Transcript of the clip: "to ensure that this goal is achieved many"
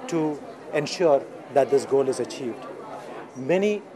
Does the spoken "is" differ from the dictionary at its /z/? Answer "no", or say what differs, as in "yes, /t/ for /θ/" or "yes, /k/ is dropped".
no